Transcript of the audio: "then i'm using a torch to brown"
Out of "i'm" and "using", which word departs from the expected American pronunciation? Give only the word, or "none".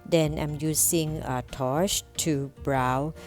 using